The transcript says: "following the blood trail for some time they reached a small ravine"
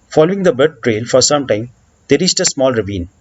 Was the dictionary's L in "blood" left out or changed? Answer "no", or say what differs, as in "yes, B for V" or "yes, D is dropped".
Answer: yes, L is dropped